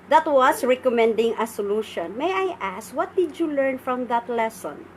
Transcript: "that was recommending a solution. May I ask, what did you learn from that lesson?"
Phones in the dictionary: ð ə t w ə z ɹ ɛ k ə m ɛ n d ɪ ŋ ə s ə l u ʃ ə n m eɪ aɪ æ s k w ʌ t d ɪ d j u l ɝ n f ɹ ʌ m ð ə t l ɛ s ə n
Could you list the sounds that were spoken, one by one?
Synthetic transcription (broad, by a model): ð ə t w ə s ɹ ɛ k ə m ɛ n d ɪ ŋ ə s ə l u ʃ ə n m eɪ aɪ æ s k w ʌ t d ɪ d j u l ɝ n f ɹ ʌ m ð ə t l ɛ s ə n